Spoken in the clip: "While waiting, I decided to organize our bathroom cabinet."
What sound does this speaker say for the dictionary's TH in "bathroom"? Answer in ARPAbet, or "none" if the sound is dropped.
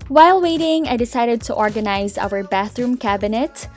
TH